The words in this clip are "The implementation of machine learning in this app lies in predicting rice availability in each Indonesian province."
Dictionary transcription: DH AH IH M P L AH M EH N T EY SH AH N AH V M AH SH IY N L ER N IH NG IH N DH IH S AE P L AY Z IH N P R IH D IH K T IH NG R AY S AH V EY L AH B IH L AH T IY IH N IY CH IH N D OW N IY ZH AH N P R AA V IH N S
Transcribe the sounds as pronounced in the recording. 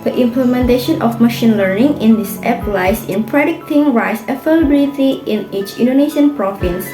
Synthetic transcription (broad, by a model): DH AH IH M P L AH M EH N T EY SH AH N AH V M AH SH IY N L ER N IH NG IH N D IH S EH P L AY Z IH N P R IH D IH K T IH NG R AY S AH F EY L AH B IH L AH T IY IH N IY CH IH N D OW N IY SH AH N P R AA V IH N S